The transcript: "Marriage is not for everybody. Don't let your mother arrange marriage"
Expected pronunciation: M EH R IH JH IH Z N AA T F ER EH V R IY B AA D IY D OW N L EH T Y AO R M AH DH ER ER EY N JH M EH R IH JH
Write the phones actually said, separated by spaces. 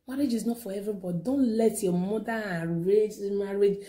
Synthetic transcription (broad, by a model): M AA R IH JH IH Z N AA T F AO EH V R IY B AA D IY D OW N L EH T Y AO M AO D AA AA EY JH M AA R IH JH